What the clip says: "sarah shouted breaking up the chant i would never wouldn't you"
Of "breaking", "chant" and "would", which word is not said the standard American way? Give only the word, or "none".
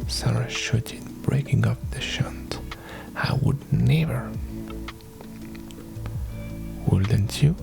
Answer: chant